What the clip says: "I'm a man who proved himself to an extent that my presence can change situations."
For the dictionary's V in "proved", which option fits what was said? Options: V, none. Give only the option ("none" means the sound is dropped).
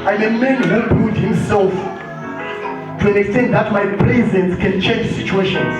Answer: none